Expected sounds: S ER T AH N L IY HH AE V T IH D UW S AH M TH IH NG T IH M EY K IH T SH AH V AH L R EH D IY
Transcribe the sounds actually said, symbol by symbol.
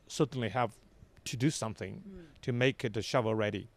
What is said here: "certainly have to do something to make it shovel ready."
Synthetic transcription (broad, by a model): S ER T N L IY HH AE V T IH D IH S AH M TH IH NG T IH M EY K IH T SH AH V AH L R EH D IY